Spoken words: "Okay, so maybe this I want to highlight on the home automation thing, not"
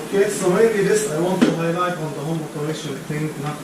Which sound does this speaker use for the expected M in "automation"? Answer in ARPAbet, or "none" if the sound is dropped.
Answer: none